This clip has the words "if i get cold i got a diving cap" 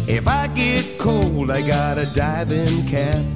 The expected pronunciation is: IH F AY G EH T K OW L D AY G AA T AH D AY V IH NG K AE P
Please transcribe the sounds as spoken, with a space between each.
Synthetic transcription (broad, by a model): IH F AY G EH T K OW L D AY G AA T AH D AY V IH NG K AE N